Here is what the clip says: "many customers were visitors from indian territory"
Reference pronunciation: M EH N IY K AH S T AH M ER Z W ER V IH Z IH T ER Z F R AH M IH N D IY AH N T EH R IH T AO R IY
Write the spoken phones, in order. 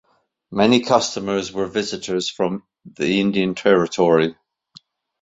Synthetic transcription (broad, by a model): M EH N IY K AH S T AH M ER Z W ER V IH Z IH T ER Z F R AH M IH N D IY AH N T EH R IH T AO R IY